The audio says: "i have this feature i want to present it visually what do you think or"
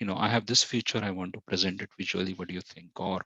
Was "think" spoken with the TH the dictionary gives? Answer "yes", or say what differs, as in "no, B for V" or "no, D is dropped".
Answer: no, T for TH